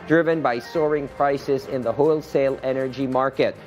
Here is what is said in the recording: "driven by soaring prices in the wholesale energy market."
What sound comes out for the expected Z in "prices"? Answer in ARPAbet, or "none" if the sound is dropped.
Z